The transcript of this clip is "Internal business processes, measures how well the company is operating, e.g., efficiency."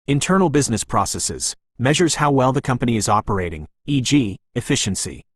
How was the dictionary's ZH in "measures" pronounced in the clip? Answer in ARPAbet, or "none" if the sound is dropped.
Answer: ZH